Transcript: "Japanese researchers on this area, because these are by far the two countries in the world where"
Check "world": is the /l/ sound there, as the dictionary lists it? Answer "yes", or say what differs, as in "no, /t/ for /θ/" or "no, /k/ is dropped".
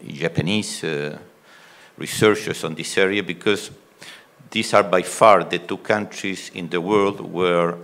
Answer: yes